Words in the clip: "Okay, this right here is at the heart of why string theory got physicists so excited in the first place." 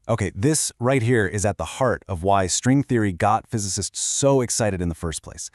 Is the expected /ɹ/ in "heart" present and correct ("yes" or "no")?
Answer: yes